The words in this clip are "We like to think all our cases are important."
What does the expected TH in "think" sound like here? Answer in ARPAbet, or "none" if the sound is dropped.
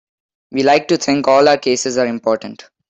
T